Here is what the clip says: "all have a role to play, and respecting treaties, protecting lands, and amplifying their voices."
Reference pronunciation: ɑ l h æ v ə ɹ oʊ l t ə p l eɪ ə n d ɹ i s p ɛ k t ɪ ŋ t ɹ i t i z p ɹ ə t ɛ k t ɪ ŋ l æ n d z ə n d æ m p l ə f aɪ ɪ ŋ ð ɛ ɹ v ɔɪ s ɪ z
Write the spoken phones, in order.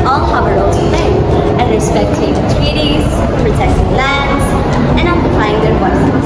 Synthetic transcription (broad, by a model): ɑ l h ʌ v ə ɹ oʊ l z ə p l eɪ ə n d ɹ i s p ɛ k t ɪ ŋ t ɹ i t i z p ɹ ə t ɛ k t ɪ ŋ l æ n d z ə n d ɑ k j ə p aɪ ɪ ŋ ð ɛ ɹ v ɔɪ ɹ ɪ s